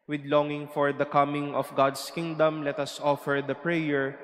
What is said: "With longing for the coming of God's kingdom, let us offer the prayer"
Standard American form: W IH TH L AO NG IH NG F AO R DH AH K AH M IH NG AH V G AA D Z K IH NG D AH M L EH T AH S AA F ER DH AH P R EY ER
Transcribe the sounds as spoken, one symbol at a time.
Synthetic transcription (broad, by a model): W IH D L AO NG IH NG F AO R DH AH K AH M IH NG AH F G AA D S K IH NG D AH M L EH T AH S AA F ER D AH P R EY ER